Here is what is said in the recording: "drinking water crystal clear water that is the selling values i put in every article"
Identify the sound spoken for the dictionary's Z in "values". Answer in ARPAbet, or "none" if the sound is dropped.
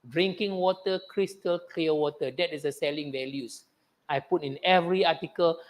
S